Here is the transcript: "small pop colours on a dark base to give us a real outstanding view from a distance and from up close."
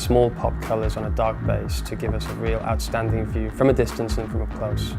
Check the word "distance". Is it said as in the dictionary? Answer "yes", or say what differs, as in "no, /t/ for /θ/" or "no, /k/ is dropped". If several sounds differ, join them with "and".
yes